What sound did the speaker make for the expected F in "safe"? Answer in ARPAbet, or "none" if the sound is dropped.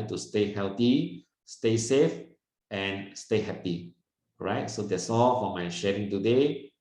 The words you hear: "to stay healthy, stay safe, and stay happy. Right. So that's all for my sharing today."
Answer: F